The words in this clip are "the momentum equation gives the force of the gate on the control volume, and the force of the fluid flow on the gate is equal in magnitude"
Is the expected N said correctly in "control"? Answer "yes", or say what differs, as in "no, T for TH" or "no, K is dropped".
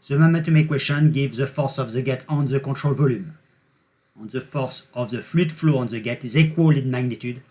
no, N is dropped